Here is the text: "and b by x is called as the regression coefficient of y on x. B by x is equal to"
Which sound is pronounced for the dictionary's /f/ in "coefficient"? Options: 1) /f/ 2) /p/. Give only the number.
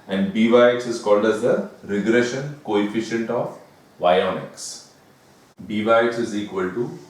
1